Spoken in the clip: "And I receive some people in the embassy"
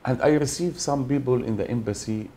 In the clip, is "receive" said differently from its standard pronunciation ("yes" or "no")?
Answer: no